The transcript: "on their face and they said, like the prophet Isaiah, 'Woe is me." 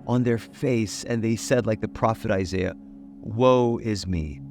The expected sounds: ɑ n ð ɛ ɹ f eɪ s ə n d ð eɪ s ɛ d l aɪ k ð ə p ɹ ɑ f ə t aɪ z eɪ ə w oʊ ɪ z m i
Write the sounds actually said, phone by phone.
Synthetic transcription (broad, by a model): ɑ n ð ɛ ɹ f eɪ s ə n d ð eɪ s ɛ d l aɪ k ð ə p ɹ ɑ f ə t aɪ z eɪ ə w oʊ ɪ z m i